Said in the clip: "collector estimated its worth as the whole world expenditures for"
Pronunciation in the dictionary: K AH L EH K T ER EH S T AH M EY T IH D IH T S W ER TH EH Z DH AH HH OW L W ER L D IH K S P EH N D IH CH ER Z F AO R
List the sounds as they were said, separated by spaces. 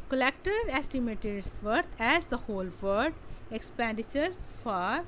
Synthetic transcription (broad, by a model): K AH L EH K T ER EH S T AH M EY T IH D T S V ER T EH Z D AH HH OW L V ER D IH K S P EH N D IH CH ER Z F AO R